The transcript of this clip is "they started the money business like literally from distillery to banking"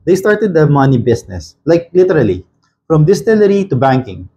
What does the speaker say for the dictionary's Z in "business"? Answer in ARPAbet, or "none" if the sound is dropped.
S